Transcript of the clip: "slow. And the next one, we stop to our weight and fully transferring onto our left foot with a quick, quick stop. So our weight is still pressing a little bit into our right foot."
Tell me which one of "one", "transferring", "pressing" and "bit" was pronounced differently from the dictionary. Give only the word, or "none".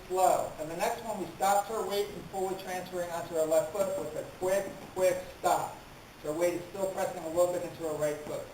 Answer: none